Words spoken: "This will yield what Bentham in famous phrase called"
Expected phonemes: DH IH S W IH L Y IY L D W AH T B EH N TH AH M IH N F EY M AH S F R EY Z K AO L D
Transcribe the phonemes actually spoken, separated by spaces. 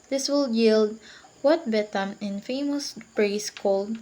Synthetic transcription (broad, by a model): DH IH S W IH L Y IY L D W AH T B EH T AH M IH N F EY M AH S P R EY S K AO L D